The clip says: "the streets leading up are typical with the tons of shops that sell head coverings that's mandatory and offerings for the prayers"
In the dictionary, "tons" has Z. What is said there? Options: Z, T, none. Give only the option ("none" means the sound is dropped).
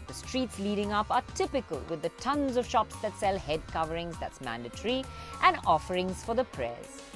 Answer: Z